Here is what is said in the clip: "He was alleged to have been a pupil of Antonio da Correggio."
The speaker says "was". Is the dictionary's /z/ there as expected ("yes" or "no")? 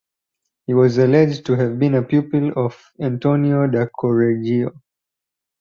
yes